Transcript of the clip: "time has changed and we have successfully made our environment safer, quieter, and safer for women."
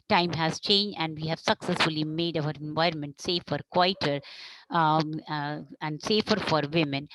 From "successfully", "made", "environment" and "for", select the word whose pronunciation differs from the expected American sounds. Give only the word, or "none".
none